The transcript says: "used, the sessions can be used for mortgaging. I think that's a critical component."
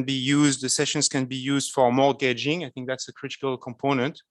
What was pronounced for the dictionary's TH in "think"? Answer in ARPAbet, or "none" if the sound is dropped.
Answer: TH